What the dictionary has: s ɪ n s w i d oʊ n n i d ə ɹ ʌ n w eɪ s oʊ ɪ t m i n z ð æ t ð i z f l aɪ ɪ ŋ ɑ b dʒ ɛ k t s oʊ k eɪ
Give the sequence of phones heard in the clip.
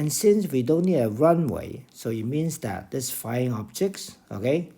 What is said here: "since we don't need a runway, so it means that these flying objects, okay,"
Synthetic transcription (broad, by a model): s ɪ n s w i d oʊ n n i d ə ɹ ʌ n w eɪ s oʊ ɪ t m i n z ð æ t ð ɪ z f aɪ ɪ ŋ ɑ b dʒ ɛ k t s oʊ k eɪ